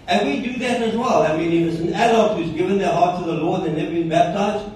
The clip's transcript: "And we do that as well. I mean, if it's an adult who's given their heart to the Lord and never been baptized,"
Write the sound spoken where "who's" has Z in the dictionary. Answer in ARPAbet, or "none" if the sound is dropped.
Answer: Z